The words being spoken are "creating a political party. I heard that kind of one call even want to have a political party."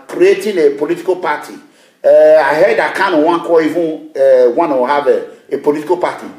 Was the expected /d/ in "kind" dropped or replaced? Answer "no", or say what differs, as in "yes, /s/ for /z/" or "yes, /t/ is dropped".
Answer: yes, /d/ is dropped